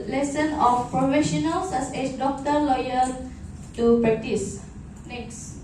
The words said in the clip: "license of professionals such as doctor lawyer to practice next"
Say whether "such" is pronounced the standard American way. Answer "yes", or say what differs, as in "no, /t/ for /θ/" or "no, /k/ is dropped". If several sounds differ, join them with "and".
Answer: no, /s/ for /tʃ/